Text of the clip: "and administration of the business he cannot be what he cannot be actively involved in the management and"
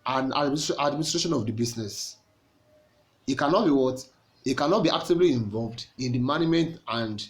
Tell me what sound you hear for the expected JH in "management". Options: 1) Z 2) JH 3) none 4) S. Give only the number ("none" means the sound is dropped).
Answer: 3